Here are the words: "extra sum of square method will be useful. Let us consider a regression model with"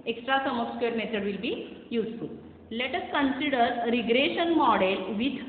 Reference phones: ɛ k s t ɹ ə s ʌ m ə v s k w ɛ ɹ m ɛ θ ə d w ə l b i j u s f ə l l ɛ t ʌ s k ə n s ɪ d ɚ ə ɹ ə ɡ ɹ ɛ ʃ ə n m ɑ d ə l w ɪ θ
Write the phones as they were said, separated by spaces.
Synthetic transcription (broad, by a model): ɛ k s t ɹ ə s ʌ m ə p s k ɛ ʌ ɹ m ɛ t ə d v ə l b i j u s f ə l l ɛ t ʌ s k ə n s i d ɚ ɹ ə ɡ ɹ ɛ ʃ ə n m ɑ d ə l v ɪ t